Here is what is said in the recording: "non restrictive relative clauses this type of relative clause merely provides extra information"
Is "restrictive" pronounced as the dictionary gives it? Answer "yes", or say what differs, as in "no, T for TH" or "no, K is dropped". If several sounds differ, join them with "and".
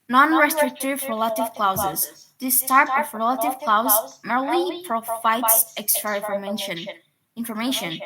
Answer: yes